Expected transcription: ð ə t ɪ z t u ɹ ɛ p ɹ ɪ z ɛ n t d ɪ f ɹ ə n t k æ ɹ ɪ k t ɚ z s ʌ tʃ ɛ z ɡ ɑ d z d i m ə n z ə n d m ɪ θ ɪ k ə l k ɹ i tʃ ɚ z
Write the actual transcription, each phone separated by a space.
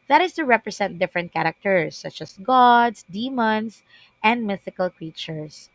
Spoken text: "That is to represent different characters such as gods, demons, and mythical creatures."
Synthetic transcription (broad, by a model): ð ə t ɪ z t u ɹ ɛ p ɹ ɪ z ɛ n t d ɪ f ɹ ə n t k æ ɹ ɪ k t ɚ s ʌ tʃ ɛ s ɡ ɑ d s d i m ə n s ə n d m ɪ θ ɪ k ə l k ɹ i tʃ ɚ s